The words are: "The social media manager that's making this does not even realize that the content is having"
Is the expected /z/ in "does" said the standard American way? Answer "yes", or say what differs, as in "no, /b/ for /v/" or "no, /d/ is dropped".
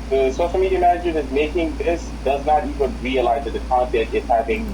yes